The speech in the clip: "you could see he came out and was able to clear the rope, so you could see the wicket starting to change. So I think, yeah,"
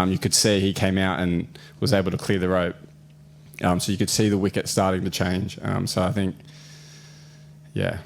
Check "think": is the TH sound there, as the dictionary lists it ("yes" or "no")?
yes